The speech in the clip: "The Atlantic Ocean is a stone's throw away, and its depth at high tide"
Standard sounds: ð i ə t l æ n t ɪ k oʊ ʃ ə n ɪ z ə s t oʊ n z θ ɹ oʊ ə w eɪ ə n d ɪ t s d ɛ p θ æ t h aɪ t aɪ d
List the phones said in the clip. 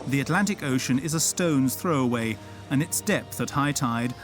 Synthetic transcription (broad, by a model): ð i ə t l æ n t ɪ k oʊ ʃ ə n ɪ z ə s t oʊ n z θ ɹ oʊ ə w eɪ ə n ɪ t s d ɛ p θ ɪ t h aɪ t aɪ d